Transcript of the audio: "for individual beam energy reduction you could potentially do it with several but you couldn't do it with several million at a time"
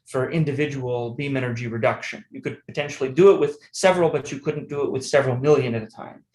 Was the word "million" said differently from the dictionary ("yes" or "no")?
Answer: no